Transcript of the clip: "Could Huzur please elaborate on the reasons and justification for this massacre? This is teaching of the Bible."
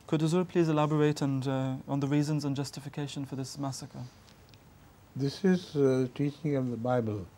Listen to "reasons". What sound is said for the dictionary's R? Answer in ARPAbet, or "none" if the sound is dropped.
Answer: R